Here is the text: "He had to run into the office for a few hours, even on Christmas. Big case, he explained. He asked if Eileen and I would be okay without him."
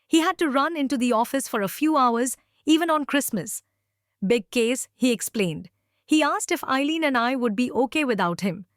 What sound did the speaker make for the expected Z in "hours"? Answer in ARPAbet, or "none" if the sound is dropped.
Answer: Z